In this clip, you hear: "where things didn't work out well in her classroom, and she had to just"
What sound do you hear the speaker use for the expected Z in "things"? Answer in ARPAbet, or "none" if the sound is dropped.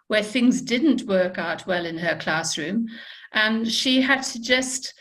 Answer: Z